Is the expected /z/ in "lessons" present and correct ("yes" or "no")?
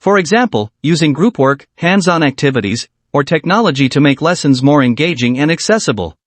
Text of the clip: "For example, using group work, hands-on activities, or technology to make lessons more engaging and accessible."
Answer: yes